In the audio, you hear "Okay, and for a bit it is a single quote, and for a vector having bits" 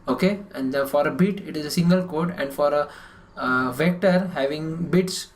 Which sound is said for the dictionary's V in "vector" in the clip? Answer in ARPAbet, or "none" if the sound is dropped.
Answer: V